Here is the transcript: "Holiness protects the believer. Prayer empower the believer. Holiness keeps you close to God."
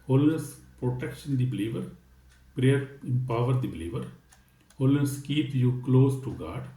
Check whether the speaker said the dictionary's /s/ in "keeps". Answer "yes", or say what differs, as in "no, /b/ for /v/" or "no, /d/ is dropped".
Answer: no, /s/ is dropped